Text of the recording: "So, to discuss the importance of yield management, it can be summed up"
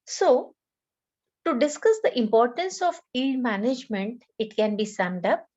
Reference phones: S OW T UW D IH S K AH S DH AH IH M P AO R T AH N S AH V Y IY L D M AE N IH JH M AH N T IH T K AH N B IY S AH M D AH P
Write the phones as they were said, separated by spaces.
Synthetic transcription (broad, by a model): S OW T UW D IH S K AH S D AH IH M P AO R T AH N S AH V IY D M AE N IH JH M AH N T IH T K AH N B IY S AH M D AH P